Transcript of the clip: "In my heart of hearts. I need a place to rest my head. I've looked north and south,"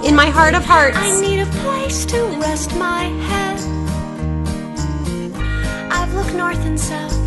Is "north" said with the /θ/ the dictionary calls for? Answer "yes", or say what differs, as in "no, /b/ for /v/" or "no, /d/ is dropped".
yes